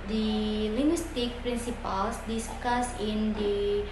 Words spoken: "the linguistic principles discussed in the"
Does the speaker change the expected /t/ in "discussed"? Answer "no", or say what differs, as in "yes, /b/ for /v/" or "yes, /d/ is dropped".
yes, /t/ is dropped